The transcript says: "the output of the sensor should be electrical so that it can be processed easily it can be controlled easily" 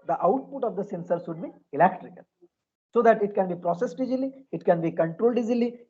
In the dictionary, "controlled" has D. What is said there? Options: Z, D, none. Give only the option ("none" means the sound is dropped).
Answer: D